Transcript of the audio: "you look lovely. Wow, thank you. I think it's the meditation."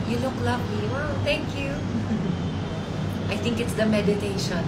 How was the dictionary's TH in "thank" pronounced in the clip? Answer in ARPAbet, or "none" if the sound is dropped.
T